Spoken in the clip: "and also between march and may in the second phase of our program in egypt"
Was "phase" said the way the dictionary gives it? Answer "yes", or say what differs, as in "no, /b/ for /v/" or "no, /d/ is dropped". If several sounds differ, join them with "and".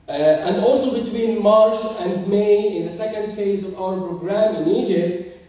yes